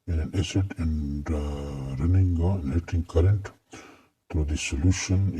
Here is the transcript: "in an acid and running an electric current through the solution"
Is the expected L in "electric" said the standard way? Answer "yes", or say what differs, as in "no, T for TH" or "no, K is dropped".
no, N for L